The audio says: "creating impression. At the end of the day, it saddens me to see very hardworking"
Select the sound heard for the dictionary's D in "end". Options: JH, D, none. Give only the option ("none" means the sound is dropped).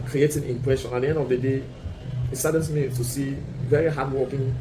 D